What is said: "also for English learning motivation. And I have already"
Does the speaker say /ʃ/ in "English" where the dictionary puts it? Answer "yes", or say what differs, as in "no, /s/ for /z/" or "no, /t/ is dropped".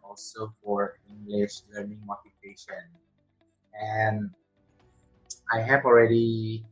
yes